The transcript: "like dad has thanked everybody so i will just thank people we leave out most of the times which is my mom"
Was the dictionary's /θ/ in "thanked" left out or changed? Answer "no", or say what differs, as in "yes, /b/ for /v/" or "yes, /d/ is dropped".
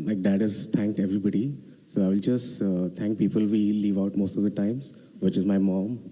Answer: yes, /t/ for /θ/